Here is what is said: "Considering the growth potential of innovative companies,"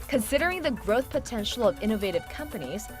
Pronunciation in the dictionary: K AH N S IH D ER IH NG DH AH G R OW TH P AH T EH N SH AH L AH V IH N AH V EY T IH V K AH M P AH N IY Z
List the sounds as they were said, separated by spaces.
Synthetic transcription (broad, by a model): K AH N S IH D ER IH NG DH AH G R OW TH P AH T EH N SH L AH V IH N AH V EY T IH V K AH M P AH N IY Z